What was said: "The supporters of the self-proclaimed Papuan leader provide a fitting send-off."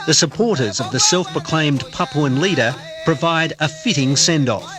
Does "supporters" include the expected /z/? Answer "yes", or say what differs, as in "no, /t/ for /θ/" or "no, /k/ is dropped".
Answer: yes